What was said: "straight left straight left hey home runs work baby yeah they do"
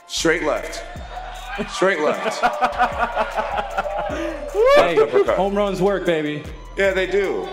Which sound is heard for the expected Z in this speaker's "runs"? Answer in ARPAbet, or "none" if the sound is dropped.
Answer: Z